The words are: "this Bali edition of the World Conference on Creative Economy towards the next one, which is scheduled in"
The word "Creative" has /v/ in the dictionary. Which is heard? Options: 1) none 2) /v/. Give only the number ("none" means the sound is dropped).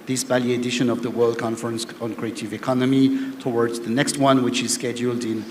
2